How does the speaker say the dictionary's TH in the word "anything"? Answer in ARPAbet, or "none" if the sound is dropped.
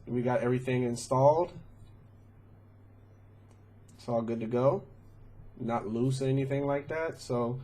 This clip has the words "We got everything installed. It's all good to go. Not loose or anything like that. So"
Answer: TH